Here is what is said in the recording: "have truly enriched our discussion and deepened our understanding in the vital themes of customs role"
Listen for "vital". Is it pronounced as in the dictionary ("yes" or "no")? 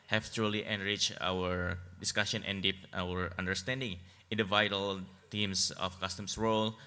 yes